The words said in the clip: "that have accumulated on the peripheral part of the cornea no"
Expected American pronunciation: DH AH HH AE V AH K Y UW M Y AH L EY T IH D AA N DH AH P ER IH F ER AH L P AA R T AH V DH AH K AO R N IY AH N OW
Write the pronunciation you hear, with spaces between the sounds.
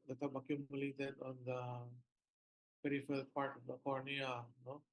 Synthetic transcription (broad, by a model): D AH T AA B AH K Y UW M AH L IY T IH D AA N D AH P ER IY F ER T P AA R T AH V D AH K AO R N IY AH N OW